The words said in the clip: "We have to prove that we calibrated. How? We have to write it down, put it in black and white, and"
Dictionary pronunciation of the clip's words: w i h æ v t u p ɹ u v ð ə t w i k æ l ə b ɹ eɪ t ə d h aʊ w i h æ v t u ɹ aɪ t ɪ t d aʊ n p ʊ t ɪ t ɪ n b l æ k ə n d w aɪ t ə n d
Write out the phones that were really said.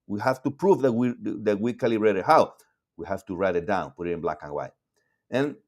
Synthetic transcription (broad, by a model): w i h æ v t u p ɹ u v ð ə t w i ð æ w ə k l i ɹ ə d h aʊ w i h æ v t u ɹ aɪ t ɪ t d aʊ n p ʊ t ɪ t ɪ n b l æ k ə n w aɪ t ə n